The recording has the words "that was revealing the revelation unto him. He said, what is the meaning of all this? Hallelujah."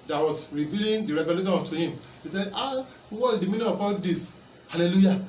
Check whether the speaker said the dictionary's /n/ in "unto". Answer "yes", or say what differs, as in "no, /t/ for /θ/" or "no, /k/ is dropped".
no, /n/ is dropped